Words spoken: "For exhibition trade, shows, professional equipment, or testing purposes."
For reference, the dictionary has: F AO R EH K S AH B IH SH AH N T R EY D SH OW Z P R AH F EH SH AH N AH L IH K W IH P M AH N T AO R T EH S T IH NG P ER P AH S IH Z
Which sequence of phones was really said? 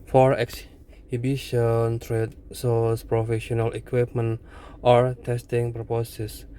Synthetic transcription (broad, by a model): F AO R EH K S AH B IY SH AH N T R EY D S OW S P R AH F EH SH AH N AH L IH K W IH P M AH N T AO R T EH S T IH NG P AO P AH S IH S